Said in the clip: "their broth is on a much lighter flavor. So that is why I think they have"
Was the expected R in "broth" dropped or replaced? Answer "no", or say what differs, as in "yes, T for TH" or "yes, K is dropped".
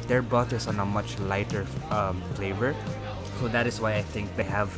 yes, R is dropped